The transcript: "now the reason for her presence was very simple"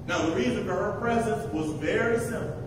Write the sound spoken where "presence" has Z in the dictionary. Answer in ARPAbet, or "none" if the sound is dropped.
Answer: Z